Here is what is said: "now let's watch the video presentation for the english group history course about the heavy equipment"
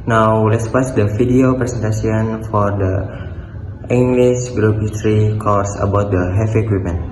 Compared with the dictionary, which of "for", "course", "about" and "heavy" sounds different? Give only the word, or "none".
heavy